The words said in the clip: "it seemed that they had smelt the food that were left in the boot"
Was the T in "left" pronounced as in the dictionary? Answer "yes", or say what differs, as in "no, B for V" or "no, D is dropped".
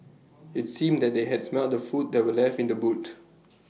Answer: no, T is dropped